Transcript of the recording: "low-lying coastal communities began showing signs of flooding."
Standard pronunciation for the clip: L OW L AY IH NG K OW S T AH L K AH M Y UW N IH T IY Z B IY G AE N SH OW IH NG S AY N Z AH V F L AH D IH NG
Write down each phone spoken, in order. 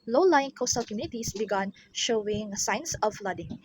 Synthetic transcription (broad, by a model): L OW L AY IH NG K OW S T AH L K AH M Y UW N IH T IY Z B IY G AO N SH OW IH NG S AY N S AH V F L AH D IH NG